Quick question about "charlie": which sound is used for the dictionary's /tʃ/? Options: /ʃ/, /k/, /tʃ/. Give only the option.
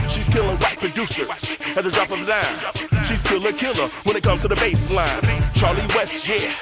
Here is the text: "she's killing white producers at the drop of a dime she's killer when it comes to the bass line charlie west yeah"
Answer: /tʃ/